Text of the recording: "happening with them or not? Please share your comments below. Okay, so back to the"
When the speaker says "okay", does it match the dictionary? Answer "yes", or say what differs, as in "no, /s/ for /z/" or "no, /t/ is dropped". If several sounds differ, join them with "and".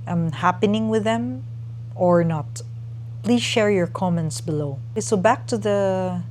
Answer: no, /k/ is dropped